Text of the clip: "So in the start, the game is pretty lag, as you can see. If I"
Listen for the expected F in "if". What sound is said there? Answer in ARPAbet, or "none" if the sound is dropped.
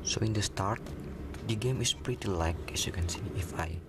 F